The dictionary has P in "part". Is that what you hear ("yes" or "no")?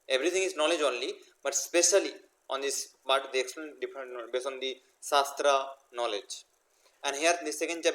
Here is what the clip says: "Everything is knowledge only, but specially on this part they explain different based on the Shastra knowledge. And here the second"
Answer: no